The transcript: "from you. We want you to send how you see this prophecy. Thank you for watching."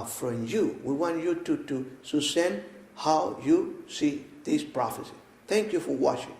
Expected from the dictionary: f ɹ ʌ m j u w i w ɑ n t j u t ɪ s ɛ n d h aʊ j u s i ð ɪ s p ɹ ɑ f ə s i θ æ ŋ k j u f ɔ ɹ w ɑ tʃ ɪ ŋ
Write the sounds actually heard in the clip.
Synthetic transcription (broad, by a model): f ɹ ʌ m j u w i w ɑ n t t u s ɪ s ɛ n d h aʊ j u s i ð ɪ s p ɹ ɑ f ə s i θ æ ŋ k j u f ɔ ɹ w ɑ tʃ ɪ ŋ